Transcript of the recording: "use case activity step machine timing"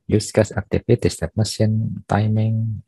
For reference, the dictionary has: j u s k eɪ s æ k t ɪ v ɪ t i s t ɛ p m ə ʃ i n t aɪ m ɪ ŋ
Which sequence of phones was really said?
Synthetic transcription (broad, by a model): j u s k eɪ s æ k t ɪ p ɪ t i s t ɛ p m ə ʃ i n t aɪ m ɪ ŋ